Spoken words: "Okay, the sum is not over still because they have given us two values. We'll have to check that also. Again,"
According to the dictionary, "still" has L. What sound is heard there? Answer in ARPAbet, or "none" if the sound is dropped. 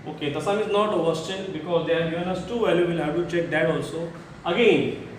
N